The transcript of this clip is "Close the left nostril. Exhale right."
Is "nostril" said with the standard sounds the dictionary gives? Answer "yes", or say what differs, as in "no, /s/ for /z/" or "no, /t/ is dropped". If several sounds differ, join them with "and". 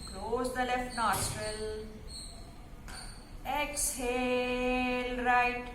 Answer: no, /ɹ/ is dropped